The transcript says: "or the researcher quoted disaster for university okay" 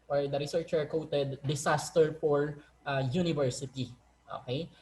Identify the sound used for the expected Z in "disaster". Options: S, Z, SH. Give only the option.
S